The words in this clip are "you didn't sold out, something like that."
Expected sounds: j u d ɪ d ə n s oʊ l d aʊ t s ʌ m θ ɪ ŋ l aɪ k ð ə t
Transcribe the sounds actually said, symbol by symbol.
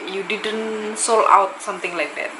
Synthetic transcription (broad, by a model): j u d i d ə n s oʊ l aʊ t s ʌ m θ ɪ ŋ l aɪ k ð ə t